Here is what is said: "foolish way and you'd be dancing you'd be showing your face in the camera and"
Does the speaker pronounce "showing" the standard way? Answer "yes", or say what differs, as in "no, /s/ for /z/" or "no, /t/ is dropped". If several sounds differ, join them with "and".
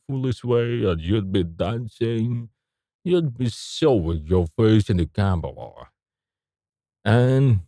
no, /s/ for /ʃ/